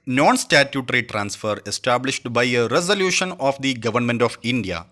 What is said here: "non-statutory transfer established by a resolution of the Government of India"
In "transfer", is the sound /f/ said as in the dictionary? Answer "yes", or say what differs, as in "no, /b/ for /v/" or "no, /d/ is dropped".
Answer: yes